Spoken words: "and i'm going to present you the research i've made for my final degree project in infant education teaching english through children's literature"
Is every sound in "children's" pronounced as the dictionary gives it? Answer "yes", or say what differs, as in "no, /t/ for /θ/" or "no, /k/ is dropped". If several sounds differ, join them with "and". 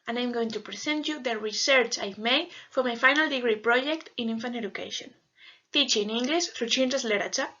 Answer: no, /n/ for /l/ and /ɹ/ is dropped